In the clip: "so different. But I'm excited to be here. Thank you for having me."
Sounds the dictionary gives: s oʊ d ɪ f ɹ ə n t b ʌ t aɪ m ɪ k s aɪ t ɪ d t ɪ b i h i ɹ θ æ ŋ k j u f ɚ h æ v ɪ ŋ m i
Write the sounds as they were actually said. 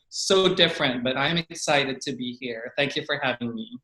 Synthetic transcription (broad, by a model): s oʊ d ɪ f ɹ ə n t b ʌ t aɪ m ɪ k s aɪ t ɪ d t ɪ b i h i ɹ θ æ ŋ k j u f ɚ h æ v ɪ ŋ m i